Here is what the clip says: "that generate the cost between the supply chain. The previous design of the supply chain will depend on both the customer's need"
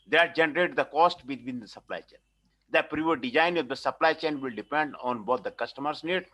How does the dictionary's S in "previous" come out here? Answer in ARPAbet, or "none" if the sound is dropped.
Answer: none